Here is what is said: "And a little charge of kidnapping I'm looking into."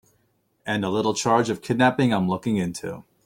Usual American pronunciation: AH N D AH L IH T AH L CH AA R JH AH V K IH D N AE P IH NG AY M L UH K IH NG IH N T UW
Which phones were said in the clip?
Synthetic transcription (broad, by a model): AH N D AH L IH T L CH AA R JH AH V K IH D N AE P IH NG AY M L UH K IH NG IH N T UW